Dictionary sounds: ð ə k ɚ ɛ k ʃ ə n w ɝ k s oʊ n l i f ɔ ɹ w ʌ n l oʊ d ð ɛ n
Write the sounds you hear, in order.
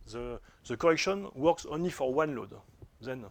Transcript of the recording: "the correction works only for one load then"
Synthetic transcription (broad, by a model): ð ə k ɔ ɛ k ʃ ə n w ɝ k s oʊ n l i f ɔ ɹ w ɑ n l oʊ d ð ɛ n